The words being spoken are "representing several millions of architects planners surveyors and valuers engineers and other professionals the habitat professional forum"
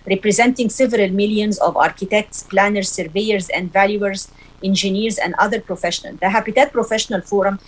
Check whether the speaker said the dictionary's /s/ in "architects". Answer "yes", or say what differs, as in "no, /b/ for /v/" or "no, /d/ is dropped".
yes